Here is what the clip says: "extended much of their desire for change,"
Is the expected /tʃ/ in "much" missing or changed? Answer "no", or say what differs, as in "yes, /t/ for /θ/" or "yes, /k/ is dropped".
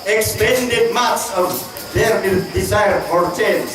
yes, /s/ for /tʃ/